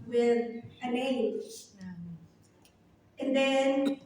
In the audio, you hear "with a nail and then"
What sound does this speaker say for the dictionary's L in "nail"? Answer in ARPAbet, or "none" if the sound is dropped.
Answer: N